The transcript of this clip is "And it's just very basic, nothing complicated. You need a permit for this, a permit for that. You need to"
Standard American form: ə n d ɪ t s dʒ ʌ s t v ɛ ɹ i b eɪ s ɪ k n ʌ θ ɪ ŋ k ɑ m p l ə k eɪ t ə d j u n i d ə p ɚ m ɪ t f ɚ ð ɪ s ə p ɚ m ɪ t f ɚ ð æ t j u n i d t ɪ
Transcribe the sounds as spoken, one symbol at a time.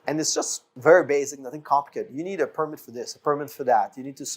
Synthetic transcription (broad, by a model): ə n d ɪ t s dʒ ʌ s t v ɛ ɹ i b eɪ s ɪ k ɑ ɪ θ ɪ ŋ k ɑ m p ə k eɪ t j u n i d ə p ɚ m ɪ t f ɚ ð ɪ s ə p ɚ m ɪ t f ɚ ð æ t j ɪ n i d t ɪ